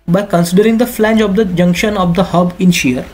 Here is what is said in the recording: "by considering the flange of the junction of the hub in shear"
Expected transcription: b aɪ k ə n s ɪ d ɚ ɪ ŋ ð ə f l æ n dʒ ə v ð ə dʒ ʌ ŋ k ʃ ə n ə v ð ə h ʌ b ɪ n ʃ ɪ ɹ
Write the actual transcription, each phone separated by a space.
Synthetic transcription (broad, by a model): b aɪ k ə n s ɪ d ɚ ɪ ŋ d ə f l æ n dʒ ə v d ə dʒ ʌ ŋ k ʃ ə n ə v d ə h ʌ b ɪ n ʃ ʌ ɹ